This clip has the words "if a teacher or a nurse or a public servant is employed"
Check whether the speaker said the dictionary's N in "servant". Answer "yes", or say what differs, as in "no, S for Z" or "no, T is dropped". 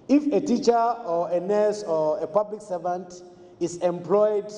yes